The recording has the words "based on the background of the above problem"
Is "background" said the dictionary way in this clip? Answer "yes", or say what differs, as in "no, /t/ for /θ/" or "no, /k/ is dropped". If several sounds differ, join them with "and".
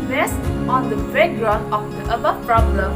no, /k/ is dropped